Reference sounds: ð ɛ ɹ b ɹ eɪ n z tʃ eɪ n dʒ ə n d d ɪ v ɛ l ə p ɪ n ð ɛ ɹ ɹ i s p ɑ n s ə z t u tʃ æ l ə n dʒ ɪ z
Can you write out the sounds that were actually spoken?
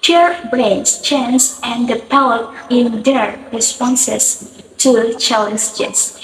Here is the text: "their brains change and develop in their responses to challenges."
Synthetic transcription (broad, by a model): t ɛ ɹ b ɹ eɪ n s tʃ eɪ n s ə n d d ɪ p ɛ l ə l ɪ n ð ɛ ɹ ɹ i s p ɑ n s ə s t u tʃ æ l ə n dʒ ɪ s